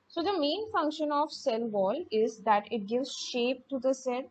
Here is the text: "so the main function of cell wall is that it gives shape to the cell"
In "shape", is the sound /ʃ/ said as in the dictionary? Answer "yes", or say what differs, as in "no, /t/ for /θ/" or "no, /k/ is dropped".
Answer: yes